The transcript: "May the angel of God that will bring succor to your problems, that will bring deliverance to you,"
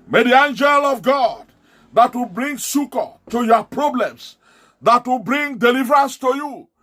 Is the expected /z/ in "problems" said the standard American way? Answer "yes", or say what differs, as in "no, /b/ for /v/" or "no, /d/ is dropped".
no, /s/ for /z/